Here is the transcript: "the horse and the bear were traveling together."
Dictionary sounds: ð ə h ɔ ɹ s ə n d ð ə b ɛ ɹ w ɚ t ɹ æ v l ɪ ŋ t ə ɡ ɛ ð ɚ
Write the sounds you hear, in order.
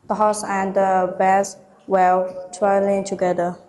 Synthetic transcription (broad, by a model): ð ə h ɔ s ə n d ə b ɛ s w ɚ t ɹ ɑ l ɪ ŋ t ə ɡ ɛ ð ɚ